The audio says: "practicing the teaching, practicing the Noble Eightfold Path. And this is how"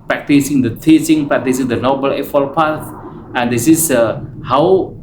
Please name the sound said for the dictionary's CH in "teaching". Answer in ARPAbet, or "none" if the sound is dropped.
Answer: S